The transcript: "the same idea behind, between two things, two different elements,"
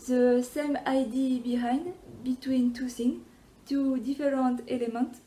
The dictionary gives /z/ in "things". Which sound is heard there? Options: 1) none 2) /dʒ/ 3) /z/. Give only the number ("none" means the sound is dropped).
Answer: 1